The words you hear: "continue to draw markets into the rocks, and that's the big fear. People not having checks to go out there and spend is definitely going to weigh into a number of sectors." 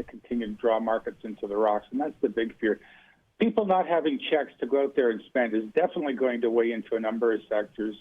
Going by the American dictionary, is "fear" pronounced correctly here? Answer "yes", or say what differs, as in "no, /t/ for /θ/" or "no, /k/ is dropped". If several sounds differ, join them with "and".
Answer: yes